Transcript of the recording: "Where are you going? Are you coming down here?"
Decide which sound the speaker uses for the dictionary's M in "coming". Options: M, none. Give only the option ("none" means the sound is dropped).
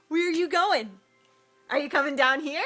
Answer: M